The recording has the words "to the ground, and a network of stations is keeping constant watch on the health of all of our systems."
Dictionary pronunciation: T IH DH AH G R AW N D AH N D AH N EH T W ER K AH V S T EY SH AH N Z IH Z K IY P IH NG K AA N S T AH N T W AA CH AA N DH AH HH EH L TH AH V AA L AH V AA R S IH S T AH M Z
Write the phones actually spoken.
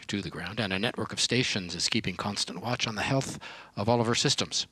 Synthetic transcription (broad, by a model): T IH DH AH G R AW N D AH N AH N EH T W ER K AH V S T EY SH AH N Z IH Z K IY P IH NG K AA N S T AH N T W AA CH N DH AH HH EH L TH AH V AA L AH V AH R S IH S T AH M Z